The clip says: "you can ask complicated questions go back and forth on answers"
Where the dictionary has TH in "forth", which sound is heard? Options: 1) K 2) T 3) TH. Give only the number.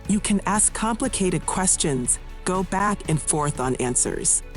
3